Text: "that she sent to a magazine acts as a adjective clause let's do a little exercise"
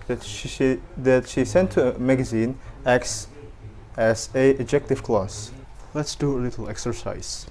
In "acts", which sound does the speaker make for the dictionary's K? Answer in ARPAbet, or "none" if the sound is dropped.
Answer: K